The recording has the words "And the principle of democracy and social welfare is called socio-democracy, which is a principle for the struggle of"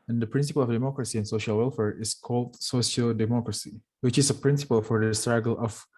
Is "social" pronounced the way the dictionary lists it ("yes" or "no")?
yes